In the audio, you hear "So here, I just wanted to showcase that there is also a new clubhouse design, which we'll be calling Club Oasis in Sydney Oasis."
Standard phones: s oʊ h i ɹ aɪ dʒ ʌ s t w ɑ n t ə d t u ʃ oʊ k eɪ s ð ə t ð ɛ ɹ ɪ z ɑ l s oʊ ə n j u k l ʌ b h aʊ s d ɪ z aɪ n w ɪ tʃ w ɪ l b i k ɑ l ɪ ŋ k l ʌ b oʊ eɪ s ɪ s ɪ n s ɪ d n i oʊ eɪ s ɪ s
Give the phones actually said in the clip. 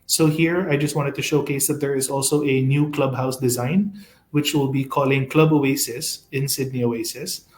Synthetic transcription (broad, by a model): s oʊ h i ɹ aɪ dʒ ʌ s t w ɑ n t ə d t u ʃ oʊ k eɪ s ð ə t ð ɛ ɹ ɪ z ɑ l s oʊ ə n j u k l ʌ b h aʊ s d ɪ z aɪ n w ɪ tʃ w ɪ l b i k ɑ l ɪ ŋ k l ʌ b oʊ eɪ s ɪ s ɪ n s ɪ d n i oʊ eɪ s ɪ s